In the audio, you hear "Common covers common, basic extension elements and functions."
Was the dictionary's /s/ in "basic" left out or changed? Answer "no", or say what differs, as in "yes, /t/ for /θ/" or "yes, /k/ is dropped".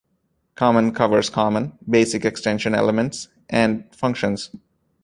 no